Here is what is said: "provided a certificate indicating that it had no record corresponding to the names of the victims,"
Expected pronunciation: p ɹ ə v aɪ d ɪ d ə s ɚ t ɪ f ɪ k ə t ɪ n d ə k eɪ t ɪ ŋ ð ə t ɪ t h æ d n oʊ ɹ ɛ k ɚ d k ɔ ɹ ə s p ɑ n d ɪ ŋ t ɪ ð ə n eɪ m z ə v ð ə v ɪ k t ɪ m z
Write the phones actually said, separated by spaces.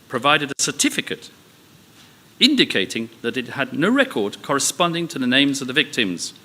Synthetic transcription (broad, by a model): p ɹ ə v aɪ d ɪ d ə s ɚ t ɪ f ɪ k ə t ɪ n d ə k eɪ t ɪ ŋ ð ə t ɪ t h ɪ d n oʊ ɹ ɛ k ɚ d k ɔ ɹ ə s p ɑ n d ɪ ŋ t ɪ ð ə n eɪ m z ə v ð ə v ɪ k t ɪ m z